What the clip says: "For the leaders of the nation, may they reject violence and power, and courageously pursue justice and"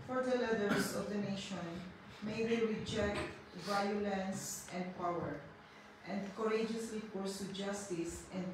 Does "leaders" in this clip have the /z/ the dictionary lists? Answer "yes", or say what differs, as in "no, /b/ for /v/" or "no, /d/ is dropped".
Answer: no, /s/ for /z/